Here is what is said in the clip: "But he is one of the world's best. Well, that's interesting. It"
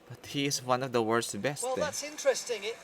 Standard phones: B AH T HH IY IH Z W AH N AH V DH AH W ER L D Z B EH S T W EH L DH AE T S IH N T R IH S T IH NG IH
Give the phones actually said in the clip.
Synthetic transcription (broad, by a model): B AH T HH IY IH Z W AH N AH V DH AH W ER D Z B EH S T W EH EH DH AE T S IH N T R IH S T IH NG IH